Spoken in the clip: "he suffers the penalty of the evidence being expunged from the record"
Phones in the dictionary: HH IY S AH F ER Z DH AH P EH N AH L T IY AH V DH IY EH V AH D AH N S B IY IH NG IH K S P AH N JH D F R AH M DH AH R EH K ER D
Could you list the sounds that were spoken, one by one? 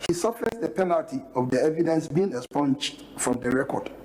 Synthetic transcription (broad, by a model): HH IY S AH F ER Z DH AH P EH N AH L T IY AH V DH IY EH V AH D AH N S B IY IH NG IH S P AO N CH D F R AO M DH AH R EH K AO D